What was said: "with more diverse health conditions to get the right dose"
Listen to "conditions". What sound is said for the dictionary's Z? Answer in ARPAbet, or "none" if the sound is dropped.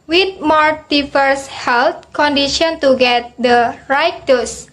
none